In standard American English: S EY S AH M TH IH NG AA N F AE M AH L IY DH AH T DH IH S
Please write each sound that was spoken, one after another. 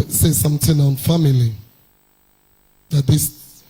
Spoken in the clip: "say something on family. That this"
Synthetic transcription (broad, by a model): S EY S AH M T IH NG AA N F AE M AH L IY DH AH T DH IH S